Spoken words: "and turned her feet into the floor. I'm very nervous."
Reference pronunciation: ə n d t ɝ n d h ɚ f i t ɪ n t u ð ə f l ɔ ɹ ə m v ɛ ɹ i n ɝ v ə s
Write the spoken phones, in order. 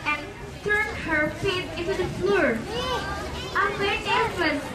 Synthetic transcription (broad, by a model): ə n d t ɝ n d h ɚ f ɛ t ɪ n t u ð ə f l ɔ ɹ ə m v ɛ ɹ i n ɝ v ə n